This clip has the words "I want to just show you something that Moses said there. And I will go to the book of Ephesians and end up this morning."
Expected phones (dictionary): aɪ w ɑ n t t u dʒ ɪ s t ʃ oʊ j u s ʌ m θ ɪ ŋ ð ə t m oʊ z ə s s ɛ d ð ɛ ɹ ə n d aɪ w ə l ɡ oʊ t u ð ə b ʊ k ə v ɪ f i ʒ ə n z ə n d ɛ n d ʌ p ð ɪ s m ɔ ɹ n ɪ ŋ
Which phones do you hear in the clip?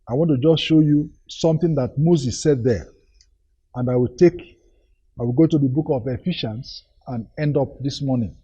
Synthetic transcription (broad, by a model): aɪ w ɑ n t t u dʒ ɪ s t ʃ oʊ j u s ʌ m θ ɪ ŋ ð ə t m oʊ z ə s s ɛ d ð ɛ w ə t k aɪ w ə l ɡ oʊ t u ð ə b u k ə v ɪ f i ʃ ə n s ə n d ɛ n d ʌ p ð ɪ s m ɔ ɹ n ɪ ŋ